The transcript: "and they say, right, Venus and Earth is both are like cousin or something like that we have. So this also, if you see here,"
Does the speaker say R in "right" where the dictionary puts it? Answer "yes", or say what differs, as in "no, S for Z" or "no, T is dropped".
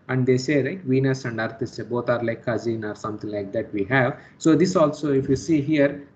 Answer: no, L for R